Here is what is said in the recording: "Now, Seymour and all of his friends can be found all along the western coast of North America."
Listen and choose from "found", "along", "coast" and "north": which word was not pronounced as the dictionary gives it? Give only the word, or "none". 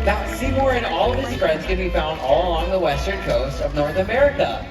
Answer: none